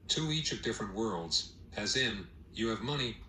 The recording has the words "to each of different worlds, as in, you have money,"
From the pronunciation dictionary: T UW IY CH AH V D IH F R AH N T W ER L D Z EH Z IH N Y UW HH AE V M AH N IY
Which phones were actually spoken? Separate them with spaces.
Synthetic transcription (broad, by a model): T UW IY CH AH V D IH F R AH N T W ER L D Z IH Z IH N Y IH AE V M AH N IY